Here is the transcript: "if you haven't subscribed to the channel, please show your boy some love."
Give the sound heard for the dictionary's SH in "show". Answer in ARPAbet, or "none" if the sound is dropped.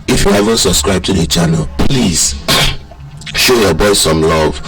SH